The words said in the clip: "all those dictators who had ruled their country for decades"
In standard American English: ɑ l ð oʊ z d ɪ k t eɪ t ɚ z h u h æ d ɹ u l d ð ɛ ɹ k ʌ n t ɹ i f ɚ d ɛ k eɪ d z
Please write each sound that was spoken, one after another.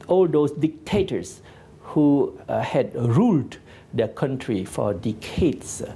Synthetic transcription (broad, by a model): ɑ l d oʊ s d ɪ k t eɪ t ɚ s h u h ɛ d ɹ u l d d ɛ k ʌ n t ɹ i f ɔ d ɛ k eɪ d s